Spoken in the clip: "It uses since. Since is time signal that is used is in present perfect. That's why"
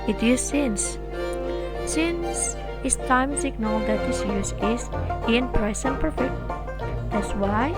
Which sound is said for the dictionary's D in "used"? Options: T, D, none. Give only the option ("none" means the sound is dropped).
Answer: none